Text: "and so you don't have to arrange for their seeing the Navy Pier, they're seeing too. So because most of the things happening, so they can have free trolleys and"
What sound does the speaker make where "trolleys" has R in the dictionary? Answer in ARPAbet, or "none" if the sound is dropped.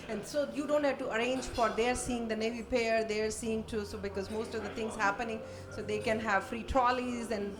R